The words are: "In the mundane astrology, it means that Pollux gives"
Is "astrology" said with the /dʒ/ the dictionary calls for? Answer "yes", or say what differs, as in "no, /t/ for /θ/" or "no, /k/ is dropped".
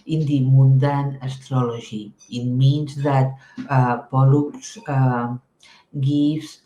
no, /ʒ/ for /dʒ/